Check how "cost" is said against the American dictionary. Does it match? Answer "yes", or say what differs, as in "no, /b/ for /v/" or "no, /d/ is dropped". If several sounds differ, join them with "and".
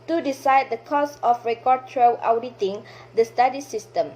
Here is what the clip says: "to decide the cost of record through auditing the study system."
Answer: no, /t/ is dropped